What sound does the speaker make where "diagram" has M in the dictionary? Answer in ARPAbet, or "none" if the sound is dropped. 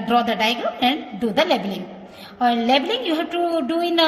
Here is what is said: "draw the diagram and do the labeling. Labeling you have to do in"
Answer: none